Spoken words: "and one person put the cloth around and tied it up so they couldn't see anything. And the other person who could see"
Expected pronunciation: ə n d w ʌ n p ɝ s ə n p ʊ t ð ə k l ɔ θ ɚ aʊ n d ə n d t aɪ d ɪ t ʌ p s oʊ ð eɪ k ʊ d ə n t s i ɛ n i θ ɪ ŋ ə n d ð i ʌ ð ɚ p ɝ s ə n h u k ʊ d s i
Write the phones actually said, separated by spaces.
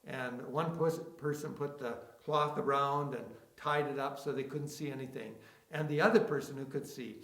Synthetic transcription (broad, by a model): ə n w ʌ n p ɝ s ə n p ʊ t ð ə k l ɔ θ ɚ aʊ n d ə n t aɪ d ɪ t ʌ p s oʊ ð eɪ k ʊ d n t s i ɛ n i θ ɪ ŋ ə n ð i ʌ ð ɚ p ɝ s ə n h u k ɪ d s i